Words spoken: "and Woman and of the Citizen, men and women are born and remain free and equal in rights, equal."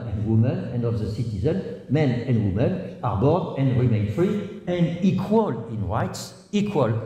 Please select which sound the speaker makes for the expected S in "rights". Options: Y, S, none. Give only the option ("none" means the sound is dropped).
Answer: S